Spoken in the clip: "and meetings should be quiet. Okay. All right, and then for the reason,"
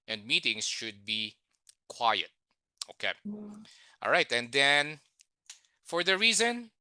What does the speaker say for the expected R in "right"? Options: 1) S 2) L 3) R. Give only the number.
3